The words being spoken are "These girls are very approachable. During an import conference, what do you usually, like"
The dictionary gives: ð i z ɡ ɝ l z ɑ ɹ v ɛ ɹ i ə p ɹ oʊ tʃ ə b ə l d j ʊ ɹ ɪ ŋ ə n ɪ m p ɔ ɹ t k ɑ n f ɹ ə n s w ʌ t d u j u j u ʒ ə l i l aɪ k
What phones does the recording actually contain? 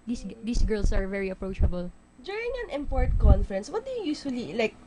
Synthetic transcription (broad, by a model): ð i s ɡ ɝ l s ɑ ɹ v ɛ ɹ i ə p ɹ oʊ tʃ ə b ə l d j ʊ ɹ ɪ ŋ ə n ɪ m p ɔ ɹ t k ɑ n f ɹ ə n s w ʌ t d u j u j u ʃ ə l i l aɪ k